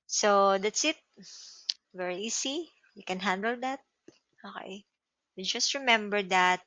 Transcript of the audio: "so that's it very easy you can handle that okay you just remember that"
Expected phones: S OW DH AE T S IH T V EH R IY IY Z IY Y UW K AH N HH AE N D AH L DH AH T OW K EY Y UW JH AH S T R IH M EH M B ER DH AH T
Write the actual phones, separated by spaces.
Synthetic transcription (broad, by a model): S OW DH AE T S IH T V EH R IY IY S IY Y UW K AH N HH AE N D AH L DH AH T OW K EY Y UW JH AH S T R IH M EH M B ER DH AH T